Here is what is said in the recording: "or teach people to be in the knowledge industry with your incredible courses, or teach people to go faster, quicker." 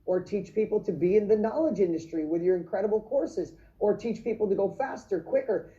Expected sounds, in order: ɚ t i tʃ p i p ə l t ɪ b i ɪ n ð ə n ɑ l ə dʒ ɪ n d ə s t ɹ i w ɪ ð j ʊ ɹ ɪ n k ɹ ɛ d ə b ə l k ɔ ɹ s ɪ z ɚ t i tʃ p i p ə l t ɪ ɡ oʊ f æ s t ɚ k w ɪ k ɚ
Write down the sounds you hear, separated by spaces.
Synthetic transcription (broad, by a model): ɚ t i tʃ p i p l t ɪ b i ɪ n ð ə n ɑ l ə dʒ ɪ n d ə s t ɹ i w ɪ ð j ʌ ɹ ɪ n k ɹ ɛ d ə b l k ɔ ɹ s ɪ z ɚ t i tʃ p i p l t ɪ ɡ oʊ f æ s t ɚ k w ɪ k ɚ